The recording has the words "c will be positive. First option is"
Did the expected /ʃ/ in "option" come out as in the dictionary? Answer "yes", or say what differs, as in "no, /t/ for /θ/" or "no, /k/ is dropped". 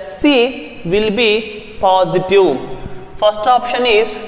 yes